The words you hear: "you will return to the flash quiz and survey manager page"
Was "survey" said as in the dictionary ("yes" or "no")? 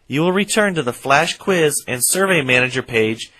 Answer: yes